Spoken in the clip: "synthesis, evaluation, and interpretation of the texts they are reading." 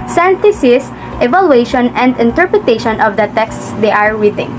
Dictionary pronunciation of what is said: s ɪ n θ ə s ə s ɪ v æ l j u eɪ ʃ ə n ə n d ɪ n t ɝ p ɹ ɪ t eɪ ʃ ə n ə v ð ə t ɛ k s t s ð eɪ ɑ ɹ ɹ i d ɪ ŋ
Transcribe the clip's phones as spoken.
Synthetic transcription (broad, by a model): s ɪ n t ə s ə s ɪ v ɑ l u eɪ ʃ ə n ə n d ɪ n t ɝ p ɹ ɪ t eɪ ʃ ə n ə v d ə t ɛ k s t s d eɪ ɑ ɹ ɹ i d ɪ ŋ